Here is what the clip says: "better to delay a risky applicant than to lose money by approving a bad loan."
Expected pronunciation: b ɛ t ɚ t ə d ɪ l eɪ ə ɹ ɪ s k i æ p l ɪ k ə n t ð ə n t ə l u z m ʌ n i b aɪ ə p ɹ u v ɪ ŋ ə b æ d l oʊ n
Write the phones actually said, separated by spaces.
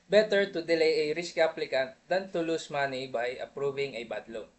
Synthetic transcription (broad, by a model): b ɛ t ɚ t ə d ɪ l eɪ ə ɹ ɪ s k i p l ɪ k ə n t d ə n t ə l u s m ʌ n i b aɪ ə p ɹ u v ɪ ŋ ə b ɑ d l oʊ